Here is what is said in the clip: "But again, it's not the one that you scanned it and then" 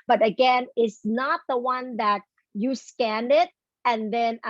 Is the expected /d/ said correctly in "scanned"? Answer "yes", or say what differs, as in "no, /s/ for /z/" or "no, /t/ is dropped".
yes